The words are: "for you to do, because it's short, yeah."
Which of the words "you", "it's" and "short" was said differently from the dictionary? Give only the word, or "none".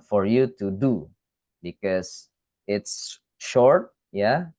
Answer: none